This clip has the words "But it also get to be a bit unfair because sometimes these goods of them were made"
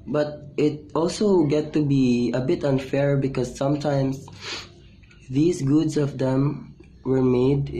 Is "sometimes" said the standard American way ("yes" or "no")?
no